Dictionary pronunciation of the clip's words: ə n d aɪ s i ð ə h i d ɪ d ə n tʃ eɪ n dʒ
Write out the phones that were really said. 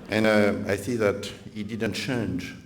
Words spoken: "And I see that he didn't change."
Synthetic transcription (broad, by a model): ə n aɪ θ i ð ə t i d ɪ d ə n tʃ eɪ n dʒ